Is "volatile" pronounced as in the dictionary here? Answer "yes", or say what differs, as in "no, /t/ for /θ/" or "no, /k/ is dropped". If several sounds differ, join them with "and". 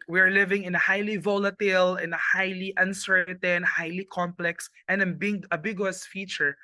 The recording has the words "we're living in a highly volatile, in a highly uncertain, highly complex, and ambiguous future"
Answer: yes